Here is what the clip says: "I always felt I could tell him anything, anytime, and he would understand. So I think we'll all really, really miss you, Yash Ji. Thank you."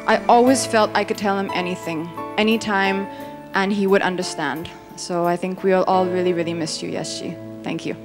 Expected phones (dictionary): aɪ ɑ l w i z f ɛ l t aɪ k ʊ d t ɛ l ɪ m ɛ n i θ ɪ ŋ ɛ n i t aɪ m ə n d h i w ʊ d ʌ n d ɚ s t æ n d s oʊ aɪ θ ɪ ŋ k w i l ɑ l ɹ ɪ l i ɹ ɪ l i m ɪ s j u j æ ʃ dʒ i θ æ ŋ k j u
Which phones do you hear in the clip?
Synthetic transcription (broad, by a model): aɪ ɑ l w i z f ɛ l t aɪ k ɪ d t ɛ l ɪ m ɛ n i θ ɪ ŋ ɛ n i t aɪ m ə n i w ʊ d ʌ n d ɚ s t æ n d s oʊ aɪ θ ɪ ŋ k w i l ɑ l ɹ ɪ l i ɹ ɪ l i m ɪ s j u j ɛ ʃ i θ æ ŋ k j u